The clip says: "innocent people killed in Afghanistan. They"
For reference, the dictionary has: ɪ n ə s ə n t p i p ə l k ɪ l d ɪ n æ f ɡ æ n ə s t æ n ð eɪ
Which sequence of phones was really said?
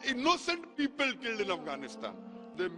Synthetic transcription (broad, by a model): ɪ n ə s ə n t p i p ə l k ɪ l d ɪ n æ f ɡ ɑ n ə s t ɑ n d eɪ